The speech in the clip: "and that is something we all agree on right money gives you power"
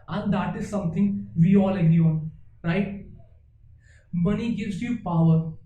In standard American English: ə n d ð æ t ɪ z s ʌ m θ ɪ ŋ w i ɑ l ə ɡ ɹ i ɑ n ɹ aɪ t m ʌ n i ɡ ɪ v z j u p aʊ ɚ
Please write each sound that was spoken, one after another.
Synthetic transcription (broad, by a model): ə n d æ t ɪ z s ʌ m t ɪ ŋ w i ɑ l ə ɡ i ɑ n ɹ aɪ t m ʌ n i ɡ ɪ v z j u p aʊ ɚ